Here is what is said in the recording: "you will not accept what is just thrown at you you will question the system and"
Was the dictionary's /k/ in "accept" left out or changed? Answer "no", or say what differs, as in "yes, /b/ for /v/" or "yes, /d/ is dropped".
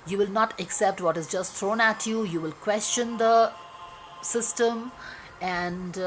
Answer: no